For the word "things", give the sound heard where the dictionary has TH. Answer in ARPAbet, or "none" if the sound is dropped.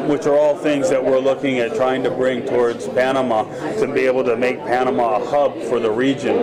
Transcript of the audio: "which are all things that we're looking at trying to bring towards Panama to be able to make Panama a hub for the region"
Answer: TH